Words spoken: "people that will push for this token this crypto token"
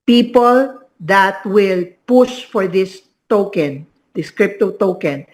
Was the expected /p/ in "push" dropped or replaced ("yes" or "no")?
no